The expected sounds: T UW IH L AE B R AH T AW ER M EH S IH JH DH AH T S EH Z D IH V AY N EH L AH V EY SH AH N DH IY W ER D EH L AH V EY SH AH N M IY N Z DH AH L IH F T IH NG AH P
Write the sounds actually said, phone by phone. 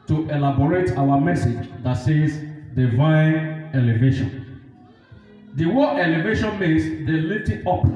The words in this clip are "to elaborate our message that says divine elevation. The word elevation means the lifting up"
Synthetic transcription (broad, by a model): T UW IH L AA B R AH T AW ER M EH S IH JH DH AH T S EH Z D IH V AY N EH L AH V EY SH AH N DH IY W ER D EH L AH V EY SH AH N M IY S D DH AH L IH T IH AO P